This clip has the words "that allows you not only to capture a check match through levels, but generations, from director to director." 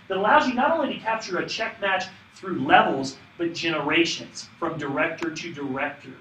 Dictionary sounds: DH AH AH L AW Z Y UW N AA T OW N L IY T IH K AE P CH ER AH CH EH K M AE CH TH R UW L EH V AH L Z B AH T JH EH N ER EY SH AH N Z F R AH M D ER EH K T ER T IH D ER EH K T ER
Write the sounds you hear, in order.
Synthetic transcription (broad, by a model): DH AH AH L AW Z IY N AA T OW N L IY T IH K AE P CH ER AH CH EH K M AE CH TH R UW L EH V L Z B AH T JH EH N ER EY SH AH N Z F R AH M D ER EH K T ER T IH D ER EH K T ER